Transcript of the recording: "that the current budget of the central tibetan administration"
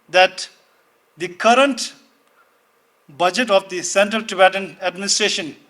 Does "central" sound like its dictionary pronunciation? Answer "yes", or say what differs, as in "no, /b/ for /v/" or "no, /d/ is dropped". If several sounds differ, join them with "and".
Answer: yes